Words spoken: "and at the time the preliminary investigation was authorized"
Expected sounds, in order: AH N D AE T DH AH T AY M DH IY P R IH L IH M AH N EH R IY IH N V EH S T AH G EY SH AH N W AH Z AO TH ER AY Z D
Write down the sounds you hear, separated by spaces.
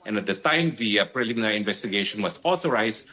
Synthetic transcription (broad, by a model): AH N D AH T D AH T AY M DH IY P R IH L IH M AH N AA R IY IH N V EH S T AH G EY SH AH N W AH S AO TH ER AY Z